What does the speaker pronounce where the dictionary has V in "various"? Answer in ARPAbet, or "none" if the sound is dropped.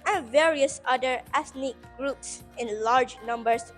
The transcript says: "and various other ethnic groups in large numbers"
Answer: V